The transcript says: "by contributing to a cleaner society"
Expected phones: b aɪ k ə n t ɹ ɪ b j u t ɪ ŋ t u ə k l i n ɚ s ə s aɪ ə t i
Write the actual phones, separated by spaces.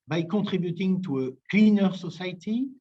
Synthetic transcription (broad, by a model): b aɪ k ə t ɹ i b j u t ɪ ŋ t u ə k l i n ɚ s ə s aɪ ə t i